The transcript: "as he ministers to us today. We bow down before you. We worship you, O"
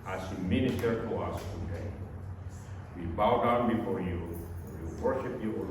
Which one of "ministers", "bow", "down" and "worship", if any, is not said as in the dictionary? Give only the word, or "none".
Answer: ministers